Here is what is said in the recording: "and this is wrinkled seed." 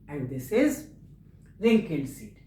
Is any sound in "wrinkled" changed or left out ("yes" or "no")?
yes